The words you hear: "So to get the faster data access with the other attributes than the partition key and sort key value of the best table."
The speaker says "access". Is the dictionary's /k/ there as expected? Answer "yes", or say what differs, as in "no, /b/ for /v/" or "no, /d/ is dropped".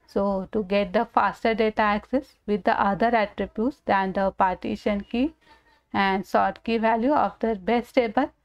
yes